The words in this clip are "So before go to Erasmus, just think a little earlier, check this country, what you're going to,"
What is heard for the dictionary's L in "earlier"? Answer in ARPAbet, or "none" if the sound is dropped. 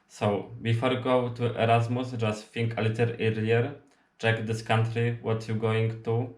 none